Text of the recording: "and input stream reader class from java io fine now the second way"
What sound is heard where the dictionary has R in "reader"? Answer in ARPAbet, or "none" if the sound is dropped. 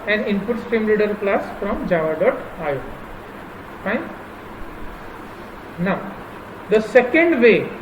L